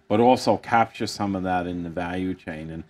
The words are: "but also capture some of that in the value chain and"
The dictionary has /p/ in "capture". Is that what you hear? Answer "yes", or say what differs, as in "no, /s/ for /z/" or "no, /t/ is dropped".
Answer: yes